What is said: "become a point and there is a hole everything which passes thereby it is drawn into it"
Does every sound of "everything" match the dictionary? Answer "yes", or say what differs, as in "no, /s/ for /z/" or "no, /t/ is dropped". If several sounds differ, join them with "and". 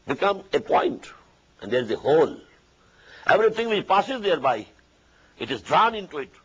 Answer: no, /t/ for /θ/